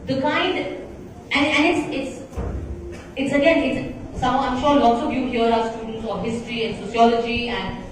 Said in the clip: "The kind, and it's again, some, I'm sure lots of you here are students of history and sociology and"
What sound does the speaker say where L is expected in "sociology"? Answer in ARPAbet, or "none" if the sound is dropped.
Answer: L